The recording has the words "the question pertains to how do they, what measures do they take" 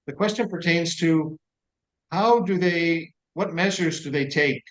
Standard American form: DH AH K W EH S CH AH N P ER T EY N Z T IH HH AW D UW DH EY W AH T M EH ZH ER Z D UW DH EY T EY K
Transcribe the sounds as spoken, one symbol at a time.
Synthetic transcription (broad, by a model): DH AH K W EH S CH AH N P ER T EY N Z T IH HH AW D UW DH EY W AH T M EH ZH ER Z D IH DH EY T EY K